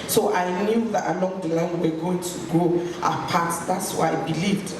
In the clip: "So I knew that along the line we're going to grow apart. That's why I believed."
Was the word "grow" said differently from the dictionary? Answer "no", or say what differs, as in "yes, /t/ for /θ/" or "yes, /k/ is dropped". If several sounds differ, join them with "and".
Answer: yes, /ɹ/ is dropped